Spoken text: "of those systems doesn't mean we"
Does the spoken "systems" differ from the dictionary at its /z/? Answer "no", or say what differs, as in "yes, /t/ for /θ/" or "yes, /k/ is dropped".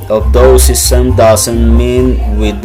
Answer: yes, /z/ is dropped